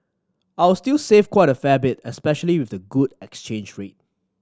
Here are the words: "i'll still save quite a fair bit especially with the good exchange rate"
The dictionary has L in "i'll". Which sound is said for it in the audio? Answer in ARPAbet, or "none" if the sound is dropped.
W